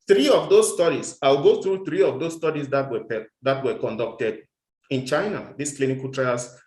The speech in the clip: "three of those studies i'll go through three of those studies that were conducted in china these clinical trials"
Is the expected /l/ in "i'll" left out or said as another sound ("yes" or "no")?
yes